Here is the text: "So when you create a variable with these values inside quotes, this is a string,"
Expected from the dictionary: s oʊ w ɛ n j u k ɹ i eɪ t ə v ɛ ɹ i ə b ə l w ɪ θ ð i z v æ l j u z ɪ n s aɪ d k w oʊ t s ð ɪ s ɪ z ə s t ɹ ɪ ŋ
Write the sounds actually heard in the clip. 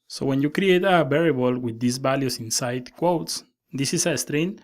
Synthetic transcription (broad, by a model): s oʊ w ɛ n j u k ɹ i eɪ t ə b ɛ ɹ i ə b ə l w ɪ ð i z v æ l j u s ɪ n s aɪ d k w oʊ t s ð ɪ s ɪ s ə s t ɹ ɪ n